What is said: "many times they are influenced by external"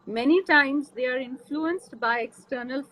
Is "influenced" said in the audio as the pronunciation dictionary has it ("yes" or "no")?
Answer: yes